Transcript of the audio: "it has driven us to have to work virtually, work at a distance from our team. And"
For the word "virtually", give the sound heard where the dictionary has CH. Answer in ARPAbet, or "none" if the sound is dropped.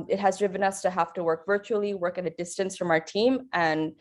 CH